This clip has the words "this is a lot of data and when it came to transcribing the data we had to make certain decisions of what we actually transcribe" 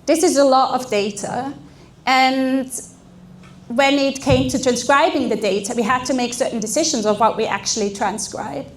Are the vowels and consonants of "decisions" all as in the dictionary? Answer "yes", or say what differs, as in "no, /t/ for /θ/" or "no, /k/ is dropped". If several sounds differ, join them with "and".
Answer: yes